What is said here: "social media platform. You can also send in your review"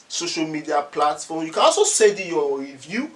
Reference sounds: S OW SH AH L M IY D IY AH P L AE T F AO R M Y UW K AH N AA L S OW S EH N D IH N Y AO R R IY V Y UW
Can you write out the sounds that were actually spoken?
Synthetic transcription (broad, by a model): S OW SH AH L M IY D IY AH P L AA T F AO M Y UW K AH N AA L S OW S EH D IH Y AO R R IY V Y UW